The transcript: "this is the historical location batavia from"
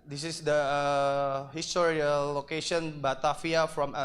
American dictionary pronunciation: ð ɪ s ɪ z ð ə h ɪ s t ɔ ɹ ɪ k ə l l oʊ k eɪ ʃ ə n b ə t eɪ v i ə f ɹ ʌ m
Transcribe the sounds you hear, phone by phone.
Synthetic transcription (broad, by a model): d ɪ s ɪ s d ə h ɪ s t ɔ ɹ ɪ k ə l l oʊ k eɪ ʃ ə n b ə t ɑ f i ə f ɹ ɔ m